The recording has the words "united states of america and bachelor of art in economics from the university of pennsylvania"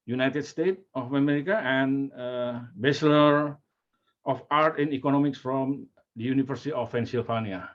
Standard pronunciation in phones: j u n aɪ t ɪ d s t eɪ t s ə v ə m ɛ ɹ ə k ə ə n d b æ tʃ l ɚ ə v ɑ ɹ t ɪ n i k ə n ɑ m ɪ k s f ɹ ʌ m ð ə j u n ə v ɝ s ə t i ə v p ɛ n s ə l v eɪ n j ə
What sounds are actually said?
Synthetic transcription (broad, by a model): j u n aɪ t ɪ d s t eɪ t ə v ə m ɛ ɹ ə k ə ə n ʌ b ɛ s l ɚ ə f ɑ ɹ t ɪ n i k ə n ɑ m ɪ k s f ɹ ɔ m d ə j u n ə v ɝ s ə t i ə f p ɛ n s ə l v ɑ n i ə